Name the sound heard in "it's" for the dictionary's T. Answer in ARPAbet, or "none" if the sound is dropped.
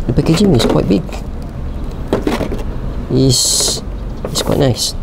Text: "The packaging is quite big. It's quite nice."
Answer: S